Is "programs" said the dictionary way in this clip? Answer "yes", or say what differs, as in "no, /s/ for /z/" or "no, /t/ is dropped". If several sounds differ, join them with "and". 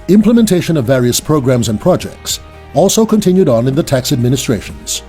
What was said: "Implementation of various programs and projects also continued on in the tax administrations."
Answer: yes